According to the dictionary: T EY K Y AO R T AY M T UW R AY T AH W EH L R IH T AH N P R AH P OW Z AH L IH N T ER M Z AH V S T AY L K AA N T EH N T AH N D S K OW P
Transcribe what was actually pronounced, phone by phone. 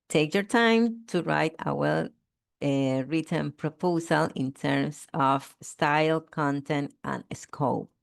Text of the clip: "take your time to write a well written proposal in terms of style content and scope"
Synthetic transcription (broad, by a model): T EY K Y AO R T AY M T UW R AY T AH W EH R R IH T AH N P R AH P OW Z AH L IH N T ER M S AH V S T AY L K AA N T EH N T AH N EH S K OW P